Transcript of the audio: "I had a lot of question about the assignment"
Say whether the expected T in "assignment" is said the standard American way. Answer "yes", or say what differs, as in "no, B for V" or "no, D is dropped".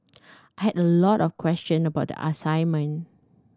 no, T is dropped